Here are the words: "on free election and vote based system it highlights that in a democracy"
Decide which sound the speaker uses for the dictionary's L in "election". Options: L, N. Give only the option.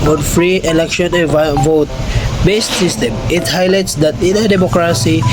L